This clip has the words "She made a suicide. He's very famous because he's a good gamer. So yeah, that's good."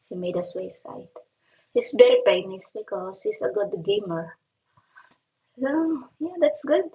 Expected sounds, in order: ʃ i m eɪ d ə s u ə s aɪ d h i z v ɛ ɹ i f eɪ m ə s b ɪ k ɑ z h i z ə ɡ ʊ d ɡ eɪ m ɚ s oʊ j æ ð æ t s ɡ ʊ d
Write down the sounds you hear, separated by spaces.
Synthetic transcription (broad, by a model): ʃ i m eɪ d ə s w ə s aɪ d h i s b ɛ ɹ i p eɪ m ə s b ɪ k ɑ s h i s ə ɡ ʊ d ɡ eɪ m ɚ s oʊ j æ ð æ t s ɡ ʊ d